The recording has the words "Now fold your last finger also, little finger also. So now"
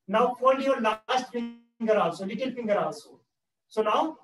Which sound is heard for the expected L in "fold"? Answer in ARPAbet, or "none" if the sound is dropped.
N